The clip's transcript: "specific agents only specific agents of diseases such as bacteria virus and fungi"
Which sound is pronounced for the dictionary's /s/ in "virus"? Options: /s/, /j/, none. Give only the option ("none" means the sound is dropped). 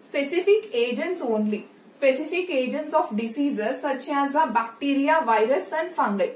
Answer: /s/